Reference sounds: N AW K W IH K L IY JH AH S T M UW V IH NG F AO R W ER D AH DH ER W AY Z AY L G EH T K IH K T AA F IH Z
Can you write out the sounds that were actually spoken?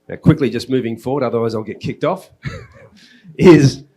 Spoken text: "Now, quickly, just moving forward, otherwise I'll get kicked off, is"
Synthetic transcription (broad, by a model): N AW K W IH K L IY JH AH S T M UW V IH NG F AO R W ER D AH DH ER W AY Z AY L G EH T K IH K T AA F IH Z